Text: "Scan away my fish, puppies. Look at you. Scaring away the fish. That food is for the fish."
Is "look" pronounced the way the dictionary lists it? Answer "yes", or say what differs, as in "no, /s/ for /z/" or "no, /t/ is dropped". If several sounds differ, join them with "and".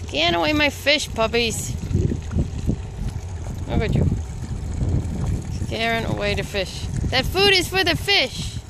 no, /w/ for /l/